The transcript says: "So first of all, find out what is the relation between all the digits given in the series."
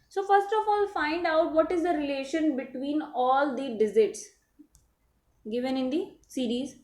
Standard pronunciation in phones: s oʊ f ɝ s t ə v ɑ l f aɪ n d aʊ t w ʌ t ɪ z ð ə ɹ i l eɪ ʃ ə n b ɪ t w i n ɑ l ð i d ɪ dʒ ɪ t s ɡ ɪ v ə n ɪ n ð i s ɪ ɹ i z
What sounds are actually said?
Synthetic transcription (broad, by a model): s oʊ f ɝ s t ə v ɑ l f aɪ n d aʊ t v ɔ t ɪ z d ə ɹ i l eɪ ʃ ə n b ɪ t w i n ɑ l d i d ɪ z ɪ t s ɡ ɪ v ə n ɪ n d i s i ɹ i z